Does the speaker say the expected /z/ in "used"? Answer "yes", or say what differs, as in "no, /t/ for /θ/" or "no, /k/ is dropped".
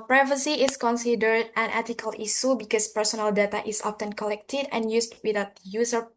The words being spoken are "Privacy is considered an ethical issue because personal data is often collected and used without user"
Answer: no, /s/ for /z/